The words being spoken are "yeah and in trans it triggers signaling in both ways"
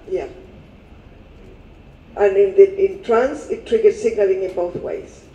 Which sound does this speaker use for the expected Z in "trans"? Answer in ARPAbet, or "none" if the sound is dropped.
S